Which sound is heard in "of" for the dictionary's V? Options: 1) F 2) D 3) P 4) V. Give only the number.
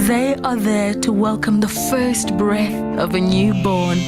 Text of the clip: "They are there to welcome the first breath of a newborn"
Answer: 4